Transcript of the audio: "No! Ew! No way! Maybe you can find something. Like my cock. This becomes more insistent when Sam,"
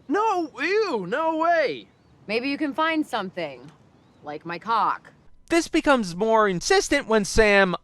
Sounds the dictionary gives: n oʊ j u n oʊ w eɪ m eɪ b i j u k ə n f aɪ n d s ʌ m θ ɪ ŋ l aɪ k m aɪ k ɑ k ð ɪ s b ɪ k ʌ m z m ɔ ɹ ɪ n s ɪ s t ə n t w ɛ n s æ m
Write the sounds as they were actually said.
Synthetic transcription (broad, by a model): n oʊ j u n oʊ w eɪ m eɪ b i j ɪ k ə n f aɪ n d s ʌ m θ ɪ ŋ l aɪ k m aɪ k ɑ k ð ɪ s b ɪ k ʌ m z m ɔ ɹ ɪ n s ɪ s t ə n t w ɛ n s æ m